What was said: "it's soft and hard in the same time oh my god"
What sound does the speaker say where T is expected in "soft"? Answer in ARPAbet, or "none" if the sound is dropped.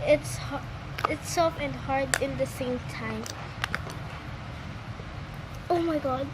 none